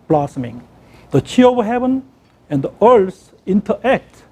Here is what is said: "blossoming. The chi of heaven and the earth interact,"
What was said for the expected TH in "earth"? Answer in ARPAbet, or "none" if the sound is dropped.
S